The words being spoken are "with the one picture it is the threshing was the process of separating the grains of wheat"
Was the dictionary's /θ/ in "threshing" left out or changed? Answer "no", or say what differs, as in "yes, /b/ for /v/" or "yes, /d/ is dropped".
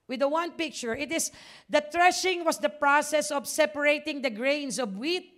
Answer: yes, /t/ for /θ/